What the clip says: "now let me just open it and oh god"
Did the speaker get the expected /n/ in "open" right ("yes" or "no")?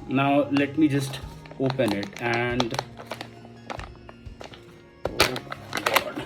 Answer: yes